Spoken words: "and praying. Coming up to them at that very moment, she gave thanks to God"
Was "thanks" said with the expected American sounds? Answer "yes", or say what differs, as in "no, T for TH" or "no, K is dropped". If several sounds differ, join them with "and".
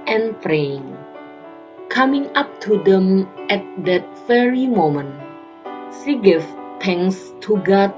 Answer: no, T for TH and K is dropped